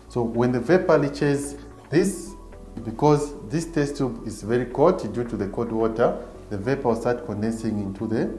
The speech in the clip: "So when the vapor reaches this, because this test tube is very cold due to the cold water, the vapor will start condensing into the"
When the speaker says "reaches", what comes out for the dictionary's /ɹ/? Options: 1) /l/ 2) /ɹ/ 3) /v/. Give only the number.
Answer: 1